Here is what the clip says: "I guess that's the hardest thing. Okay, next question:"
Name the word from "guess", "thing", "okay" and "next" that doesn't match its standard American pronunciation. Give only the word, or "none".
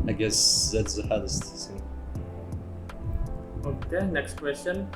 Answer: thing